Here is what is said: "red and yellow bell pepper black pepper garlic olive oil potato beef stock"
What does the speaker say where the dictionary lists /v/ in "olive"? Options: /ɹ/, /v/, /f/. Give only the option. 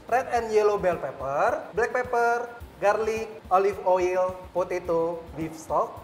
/f/